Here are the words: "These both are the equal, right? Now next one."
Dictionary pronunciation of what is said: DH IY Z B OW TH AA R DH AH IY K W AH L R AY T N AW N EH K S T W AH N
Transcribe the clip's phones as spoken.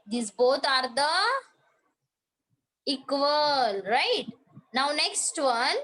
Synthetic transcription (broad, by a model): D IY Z B OW T AA R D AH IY K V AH L R AY T N AW N EH K S T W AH N